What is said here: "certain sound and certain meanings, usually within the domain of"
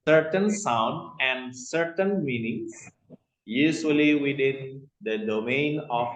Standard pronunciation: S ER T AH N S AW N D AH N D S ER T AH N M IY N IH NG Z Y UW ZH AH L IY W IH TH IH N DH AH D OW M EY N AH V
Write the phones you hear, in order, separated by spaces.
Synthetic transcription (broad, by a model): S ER T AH N S AW N D AH N D S ER T AH N M IY N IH NG S Y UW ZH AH L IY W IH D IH N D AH D OW M EY N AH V